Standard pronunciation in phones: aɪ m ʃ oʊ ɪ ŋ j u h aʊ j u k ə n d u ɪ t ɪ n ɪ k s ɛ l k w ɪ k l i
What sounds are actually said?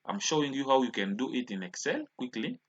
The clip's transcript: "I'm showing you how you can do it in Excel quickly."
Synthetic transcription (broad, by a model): aɪ m ʃ oʊ ɪ ŋ j u h aʊ j u k ə n d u ɪ t ɪ n ɪ k s ɛ l k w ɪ k l i